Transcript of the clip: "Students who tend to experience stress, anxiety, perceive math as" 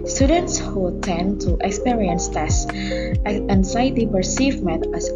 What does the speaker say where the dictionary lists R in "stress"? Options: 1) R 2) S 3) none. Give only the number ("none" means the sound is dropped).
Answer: 3